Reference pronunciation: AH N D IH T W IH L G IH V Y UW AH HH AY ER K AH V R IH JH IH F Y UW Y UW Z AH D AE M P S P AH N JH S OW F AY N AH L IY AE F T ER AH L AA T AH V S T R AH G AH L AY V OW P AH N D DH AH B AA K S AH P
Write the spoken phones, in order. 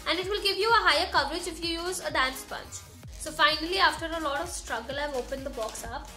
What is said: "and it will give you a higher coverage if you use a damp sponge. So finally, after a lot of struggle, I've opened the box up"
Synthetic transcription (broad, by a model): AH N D IH T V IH L G IH V Y UW AH HH AY ER K AH V R IH JH IH F Y UW Y UW Z AH D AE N S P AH N CH S OW F AY N AH L IY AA F T ER AH L AA T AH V S T R AH G AH L AY V OW P AH N D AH B AA K S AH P